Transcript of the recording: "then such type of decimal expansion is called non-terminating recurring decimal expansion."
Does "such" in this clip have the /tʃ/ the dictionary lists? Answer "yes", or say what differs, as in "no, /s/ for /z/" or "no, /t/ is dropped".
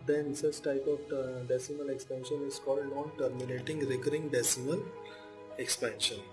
no, /s/ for /tʃ/